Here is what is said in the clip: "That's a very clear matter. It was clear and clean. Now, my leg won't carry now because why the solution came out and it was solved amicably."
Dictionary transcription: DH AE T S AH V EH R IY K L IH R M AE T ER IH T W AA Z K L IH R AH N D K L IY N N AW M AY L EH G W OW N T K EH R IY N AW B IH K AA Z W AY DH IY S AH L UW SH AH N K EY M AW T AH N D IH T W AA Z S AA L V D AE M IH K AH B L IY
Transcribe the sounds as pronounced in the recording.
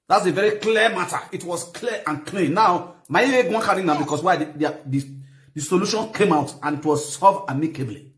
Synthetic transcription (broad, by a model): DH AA T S AH V EH R IY K L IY M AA T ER IH T W AA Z K L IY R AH N K L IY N N AW M AY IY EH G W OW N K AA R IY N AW B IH K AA S W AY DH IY S AH L UW SH AH N K EY M AW T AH N IH T W AA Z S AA V AA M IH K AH B L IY